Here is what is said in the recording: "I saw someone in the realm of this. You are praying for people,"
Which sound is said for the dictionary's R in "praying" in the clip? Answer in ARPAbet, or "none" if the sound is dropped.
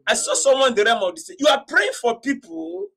R